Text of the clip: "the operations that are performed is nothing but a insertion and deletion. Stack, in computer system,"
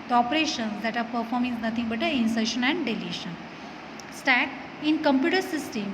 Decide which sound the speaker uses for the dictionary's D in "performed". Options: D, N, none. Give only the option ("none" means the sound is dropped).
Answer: none